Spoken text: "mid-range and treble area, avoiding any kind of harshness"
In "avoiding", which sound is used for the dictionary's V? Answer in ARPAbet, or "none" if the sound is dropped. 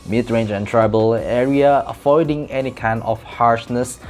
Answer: F